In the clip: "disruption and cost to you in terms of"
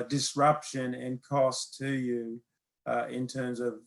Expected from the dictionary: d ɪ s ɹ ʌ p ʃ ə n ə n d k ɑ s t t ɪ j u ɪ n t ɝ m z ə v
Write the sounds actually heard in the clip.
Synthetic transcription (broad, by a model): d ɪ s ɹ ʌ p ʃ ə n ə n k ɑ s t t ɪ j u ɪ n t ɝ m z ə v